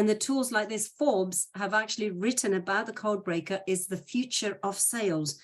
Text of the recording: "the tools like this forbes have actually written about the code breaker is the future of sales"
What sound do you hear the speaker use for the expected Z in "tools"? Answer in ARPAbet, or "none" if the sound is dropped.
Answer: Z